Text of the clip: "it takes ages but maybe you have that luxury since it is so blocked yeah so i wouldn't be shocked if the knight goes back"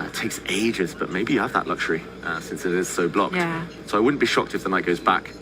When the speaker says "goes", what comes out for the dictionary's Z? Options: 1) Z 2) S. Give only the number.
1